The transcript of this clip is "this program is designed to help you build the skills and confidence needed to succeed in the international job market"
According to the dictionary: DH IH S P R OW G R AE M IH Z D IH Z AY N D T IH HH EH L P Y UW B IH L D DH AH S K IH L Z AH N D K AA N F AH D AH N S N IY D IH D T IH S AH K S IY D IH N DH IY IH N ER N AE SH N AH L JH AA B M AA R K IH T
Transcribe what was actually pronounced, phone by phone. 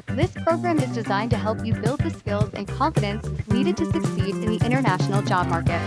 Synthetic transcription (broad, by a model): DH IH S P R OW G R AE M IH Z D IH Z AY N T IH HH EH L P Y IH B IH L D DH AH S K IH L Z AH N K AA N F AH D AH N S N IY D IH D T IH S AH K S IY D IH N DH IY IH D ER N AE SH N L JH AA B M AA R K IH T